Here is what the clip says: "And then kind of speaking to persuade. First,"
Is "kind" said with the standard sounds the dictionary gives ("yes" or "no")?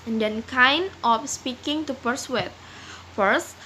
no